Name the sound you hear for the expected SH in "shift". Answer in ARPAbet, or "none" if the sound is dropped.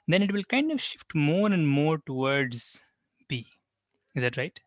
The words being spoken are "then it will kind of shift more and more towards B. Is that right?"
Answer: SH